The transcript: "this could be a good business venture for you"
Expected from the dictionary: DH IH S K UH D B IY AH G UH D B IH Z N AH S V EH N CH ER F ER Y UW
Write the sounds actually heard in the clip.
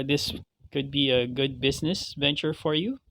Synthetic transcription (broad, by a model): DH IH S K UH D B IY AH G UH D B IH Z N AH S V EH N CH ER F ER Y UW